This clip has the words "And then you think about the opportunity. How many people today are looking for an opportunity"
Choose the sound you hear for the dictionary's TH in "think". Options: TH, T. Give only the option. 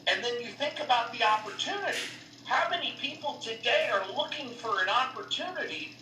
TH